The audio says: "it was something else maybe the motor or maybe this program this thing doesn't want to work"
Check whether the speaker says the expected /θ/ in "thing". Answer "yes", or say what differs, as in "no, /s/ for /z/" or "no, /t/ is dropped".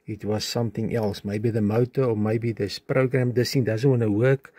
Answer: no, /t/ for /θ/